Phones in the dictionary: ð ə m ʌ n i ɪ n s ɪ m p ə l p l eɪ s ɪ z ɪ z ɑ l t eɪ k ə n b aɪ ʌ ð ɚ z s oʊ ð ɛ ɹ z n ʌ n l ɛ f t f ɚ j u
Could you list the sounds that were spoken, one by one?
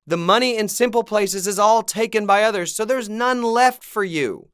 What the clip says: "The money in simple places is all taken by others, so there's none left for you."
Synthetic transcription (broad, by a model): ð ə m ʌ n i ɪ n s ɪ m p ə l p l eɪ s ɪ z ɪ z ɑ l t eɪ k ə n b aɪ ʌ ð ɚ z s oʊ ð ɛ ɹ z n ʌ n l ɛ f t f ɚ j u